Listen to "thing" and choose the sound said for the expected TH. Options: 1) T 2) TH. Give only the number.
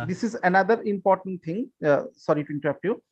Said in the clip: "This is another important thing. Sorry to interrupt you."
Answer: 1